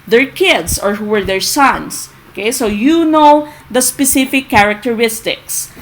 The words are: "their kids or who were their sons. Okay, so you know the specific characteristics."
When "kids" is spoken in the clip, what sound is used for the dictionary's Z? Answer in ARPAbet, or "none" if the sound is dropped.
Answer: S